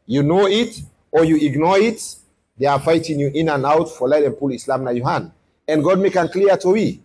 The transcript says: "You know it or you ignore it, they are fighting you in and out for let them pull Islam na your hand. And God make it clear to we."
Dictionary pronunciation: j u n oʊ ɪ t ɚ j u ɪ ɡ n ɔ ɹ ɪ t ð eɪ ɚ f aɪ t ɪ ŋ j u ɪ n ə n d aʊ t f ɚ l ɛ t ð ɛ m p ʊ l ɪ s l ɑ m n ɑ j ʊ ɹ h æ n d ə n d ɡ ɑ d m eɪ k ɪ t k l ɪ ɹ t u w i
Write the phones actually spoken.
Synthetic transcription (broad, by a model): j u n oʊ ɪ t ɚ j u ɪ ɡ n ɔ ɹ ɪ t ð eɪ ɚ f aɪ t ɪ ŋ j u ɪ n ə n aʊ t f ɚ l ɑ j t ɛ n p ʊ l ɪ s l ɑ m n ɑ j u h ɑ n ə n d ɡ ɑ d m eɪ k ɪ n k l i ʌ t u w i